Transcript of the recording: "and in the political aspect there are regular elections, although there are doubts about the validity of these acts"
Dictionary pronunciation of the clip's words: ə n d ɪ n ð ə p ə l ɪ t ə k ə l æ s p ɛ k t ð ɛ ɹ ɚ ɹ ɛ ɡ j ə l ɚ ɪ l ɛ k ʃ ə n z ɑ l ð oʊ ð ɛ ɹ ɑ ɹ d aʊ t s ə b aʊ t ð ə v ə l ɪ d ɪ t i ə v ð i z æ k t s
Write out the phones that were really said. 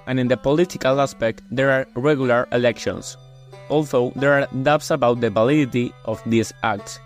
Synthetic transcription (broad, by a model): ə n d ɪ n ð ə p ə l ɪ t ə k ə l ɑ s p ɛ k t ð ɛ ɹ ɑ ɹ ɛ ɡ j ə l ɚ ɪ l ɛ k ʃ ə n s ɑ l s oʊ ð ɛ ɹ ɑ ɹ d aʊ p s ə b aʊ t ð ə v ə l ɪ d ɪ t i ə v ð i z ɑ k t s